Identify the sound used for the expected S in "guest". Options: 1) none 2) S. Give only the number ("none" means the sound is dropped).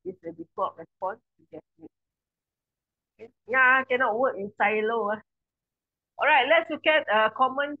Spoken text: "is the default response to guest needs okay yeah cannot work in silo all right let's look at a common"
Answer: 1